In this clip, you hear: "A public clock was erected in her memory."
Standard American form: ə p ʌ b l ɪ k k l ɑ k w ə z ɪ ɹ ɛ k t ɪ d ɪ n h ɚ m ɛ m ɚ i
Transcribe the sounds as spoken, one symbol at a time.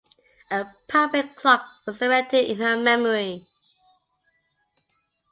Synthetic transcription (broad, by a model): ə p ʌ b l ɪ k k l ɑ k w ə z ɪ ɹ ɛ t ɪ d ɪ n h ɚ m ɛ m ɚ i